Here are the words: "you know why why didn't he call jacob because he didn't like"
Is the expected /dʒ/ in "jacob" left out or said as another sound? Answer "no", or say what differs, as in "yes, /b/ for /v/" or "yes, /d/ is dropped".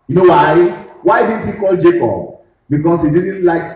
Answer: no